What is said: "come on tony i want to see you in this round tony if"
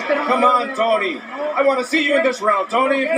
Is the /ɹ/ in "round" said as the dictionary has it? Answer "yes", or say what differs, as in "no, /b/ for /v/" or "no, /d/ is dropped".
yes